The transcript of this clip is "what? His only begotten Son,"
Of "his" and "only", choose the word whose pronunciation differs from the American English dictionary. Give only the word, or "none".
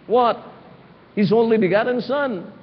none